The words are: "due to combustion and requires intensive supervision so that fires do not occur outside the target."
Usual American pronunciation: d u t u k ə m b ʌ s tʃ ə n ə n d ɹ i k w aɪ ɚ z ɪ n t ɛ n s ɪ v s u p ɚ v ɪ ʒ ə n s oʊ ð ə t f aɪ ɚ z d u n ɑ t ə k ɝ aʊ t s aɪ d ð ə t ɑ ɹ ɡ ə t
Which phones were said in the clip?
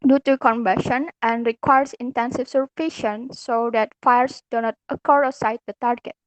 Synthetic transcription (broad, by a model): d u t u k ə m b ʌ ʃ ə n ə n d ɹ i k w aɪ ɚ s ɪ n t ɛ n s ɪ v s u f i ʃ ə n s oʊ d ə t f aɪ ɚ s d u n ɑ t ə k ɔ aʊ s aɪ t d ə t ɑ ɹ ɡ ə t